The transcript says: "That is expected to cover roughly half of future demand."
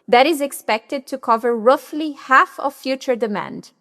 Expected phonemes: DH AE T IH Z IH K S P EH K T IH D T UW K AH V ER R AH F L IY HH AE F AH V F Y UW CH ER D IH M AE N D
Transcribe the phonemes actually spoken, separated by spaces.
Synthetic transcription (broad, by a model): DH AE T IH Z IH K S P EH K T IH D T UW K AH V ER R AH F L IY HH AE F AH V F Y UW CH ER D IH M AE N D